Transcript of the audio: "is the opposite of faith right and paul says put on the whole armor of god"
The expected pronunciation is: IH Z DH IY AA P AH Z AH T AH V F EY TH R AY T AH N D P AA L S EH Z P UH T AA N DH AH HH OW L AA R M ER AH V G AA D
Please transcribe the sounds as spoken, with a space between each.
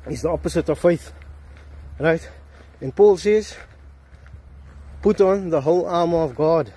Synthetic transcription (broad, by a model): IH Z DH IY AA P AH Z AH T AH V F EY TH R AY T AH N P AA L S EH Z P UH T AA N DH AH HH OW L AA M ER AH V G AA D